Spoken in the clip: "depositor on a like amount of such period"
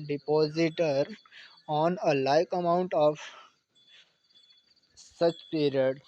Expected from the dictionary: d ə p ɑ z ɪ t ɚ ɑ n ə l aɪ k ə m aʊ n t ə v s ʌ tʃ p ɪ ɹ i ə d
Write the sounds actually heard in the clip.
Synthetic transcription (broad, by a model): d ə p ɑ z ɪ t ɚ ɑ n ə l aɪ k ə m aʊ n t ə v s ʌ tʃ p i ɹ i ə d